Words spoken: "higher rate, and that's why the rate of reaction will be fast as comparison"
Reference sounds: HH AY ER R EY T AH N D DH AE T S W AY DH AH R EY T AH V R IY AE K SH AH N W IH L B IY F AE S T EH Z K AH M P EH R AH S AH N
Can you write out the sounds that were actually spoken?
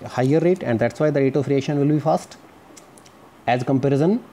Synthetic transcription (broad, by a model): HH AY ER R EY T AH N D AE T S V AY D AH R EY T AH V R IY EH SH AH N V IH L B IY F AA S T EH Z K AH M P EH R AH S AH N